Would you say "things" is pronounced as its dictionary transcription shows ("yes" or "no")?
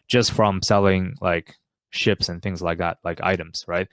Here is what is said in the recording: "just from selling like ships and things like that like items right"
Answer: yes